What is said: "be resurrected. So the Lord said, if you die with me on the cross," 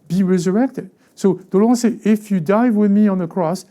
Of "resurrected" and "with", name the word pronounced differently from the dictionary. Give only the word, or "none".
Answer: none